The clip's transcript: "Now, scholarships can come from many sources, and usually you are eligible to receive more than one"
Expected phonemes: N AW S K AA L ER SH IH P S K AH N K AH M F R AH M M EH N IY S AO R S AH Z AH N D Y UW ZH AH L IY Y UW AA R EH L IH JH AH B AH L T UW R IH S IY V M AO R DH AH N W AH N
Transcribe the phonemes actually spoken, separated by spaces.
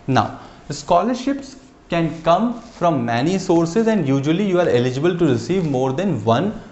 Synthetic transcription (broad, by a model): N AW S K AA L ER SH IH P S K AH N K AH M F R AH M M EH N IY S AO R S AH Z AH N D Y UW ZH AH L IY Y UW AA R EH L IH JH AH B AH L T UW R IH S IY V M AO R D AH N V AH N